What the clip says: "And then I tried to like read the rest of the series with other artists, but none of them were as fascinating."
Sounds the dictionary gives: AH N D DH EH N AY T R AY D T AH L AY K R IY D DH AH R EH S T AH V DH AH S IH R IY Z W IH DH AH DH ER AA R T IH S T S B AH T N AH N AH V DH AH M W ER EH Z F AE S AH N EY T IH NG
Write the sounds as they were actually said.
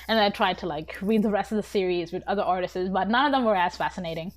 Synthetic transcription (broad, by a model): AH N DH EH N AY T R AY D T AH L AY K R IY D DH AH R EH S T AH V DH AH S IH R IY Z W IH DH AH DH ER AA R T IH S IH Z B AH T N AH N AH V DH AH M W ER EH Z F AE S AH N EY T IH NG